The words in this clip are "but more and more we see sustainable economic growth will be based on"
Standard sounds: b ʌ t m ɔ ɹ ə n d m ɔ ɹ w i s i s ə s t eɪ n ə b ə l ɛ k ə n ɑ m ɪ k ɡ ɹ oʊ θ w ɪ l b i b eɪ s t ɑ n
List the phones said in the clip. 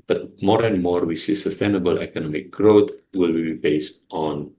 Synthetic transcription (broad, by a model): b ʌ t m ɔ ɹ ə n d m ɔ ɹ w i s i s ə s t eɪ n ə b ə l ɛ k ə n ɑ m ɪ k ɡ ɹ oʊ t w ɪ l b i b eɪ s t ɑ n